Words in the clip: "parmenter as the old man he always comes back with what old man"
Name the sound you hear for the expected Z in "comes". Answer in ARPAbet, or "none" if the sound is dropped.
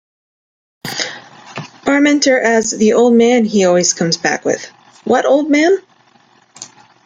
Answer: Z